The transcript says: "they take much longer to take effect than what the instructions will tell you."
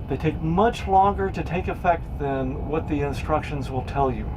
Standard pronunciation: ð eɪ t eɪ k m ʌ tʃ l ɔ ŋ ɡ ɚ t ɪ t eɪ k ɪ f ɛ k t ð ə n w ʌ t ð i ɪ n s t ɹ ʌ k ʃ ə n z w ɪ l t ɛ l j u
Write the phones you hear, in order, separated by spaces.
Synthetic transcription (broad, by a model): ð eɪ t eɪ k m ʌ tʃ l ɔ ŋ ɡ ɚ t ɪ t eɪ k ɪ f ɛ k t ð ə n w ʌ t ð i ɪ n s t ɹ ʌ k ʃ ə n z w ɪ l t ɛ l j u